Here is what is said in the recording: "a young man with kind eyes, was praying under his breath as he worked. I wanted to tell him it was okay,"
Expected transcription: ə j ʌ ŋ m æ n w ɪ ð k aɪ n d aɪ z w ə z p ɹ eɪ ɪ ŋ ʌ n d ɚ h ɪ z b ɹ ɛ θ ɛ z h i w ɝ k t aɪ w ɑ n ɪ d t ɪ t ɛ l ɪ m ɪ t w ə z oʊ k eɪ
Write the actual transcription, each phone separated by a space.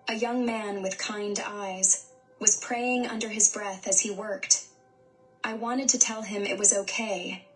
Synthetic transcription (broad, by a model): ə j ʌ ŋ m æ n w ɪ ð k aɪ n d aɪ z w ə z p ɹ eɪ ɪ ŋ ʌ n d ɚ ɪ z b ɹ ɛ θ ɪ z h i w ɝ k t aɪ w ɑ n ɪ d t ɪ t ɛ l ɪ m ɪ t w ə z oʊ k eɪ